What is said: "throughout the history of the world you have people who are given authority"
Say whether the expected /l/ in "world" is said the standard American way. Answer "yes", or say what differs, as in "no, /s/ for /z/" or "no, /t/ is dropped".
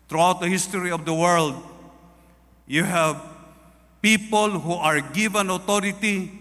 yes